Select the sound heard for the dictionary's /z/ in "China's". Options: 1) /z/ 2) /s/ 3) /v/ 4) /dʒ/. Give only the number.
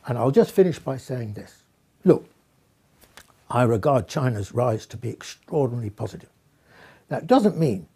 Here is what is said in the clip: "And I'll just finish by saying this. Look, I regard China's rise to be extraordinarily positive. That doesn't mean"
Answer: 1